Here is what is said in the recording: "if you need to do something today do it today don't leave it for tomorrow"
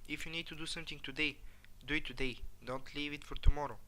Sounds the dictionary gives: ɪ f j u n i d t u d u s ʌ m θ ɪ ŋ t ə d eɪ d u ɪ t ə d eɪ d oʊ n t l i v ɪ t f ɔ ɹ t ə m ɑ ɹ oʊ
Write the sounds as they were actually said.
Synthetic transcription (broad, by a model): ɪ f j u n i d t u d u s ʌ m t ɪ ŋ t ə d eɪ d u ɪ t ə d eɪ d oʊ n t l i v ɪ t f ɔ ɹ t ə m ɑ ɹ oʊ